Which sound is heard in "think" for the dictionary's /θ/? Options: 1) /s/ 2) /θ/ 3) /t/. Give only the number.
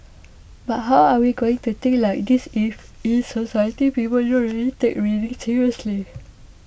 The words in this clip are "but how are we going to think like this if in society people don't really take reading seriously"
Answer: 3